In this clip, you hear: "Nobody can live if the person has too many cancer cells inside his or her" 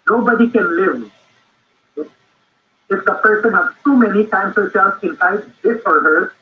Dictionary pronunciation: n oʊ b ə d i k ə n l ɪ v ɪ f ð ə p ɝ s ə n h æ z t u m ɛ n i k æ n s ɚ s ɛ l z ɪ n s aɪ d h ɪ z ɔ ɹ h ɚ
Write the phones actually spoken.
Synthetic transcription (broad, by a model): n oʊ b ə d i k ə n l ɪ v ɪ f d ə p ɝ s ə n h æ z t u m ɛ n i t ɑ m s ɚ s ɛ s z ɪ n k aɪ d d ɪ s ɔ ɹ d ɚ